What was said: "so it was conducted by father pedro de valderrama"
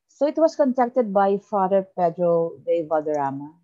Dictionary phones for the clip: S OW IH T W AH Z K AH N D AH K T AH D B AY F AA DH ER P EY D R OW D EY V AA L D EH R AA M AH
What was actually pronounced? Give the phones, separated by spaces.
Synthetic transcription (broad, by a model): S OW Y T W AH S K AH N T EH K T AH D B AY F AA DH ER P EY D R OW D EY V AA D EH R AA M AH